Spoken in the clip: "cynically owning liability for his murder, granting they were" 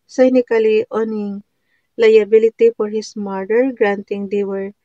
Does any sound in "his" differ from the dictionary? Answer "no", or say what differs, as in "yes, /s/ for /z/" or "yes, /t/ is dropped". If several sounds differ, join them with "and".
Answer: yes, /s/ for /z/